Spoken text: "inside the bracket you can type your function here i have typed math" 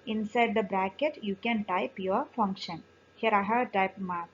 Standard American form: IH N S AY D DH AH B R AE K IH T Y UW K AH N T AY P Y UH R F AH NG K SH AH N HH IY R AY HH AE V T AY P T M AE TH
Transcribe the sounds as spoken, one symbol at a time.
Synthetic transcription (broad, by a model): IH N S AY D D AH B R AE K IH T Y UW K AH N T AY P Y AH R F AH NG K SH AH N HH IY R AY HH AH T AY P M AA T